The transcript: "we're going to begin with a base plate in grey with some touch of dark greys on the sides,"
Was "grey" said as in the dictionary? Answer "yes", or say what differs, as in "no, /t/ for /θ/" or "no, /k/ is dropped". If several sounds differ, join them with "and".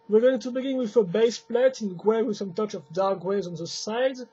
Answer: no, /w/ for /ɹ/